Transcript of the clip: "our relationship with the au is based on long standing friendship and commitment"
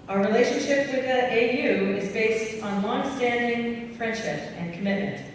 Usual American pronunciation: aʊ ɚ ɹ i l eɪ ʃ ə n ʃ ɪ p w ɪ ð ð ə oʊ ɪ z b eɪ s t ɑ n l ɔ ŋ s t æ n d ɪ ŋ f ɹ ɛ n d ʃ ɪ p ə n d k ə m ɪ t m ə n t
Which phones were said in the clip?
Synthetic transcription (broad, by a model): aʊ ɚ ɹ i l eɪ ʃ ə n ʃ ɪ p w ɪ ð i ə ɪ ɪ z b eɪ s t n l ɔ ŋ s t æ n d ɪ ŋ f ɹ ɛ n d ʃ ɪ p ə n k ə m ɪ t m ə n t